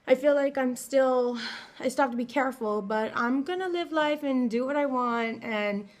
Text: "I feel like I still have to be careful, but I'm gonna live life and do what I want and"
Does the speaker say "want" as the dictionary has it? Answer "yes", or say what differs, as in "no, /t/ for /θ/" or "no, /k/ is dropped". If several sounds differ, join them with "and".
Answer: yes